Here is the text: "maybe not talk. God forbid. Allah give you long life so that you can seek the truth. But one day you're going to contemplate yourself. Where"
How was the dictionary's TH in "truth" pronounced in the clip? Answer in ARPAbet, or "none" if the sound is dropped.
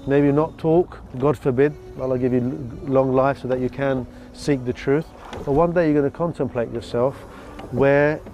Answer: TH